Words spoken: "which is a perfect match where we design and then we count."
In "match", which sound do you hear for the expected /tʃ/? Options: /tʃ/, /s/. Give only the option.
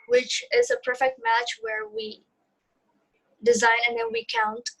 /tʃ/